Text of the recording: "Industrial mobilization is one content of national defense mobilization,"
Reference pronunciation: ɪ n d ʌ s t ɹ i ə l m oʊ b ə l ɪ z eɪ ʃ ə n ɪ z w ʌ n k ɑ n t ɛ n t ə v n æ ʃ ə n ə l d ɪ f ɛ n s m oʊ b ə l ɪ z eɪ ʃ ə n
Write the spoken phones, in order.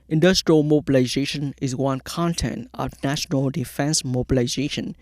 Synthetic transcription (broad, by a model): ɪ n d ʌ s t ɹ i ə l m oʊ b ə l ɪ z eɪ ʃ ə n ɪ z w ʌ n k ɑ n t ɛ n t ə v n æ ʃ ə n ə l d ɪ f ɛ n s m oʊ b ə l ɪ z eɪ ʃ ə n